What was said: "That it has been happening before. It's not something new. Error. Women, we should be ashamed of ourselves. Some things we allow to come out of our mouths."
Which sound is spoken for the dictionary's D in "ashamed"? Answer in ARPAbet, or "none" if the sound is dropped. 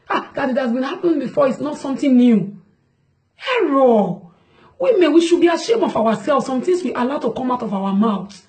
none